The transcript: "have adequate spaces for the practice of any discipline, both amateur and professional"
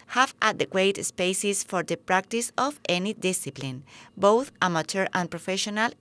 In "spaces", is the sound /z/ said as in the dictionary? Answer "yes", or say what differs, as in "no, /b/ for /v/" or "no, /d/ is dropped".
no, /s/ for /z/